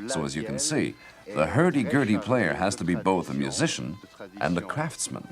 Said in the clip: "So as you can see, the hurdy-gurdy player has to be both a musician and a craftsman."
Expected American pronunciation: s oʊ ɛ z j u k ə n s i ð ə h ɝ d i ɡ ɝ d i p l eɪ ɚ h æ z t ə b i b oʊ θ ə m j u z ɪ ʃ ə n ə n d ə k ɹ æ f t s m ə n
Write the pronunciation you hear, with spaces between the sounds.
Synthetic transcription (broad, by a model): s oʊ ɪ z j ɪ k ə n s i ð ə h ɝ d i ɡ ɝ d i p l eɪ ɚ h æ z t ə b i b oʊ θ ə m j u z ɪ ʃ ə n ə n ə k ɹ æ f t s m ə n